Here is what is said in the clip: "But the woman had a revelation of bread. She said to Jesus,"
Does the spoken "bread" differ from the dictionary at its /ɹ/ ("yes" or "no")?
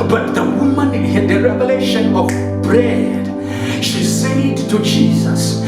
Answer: no